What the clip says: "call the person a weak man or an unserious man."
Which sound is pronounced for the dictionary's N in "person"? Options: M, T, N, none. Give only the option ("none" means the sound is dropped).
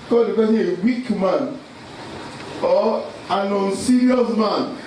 none